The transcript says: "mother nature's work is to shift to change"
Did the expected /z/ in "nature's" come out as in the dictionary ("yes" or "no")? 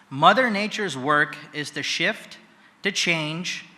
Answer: yes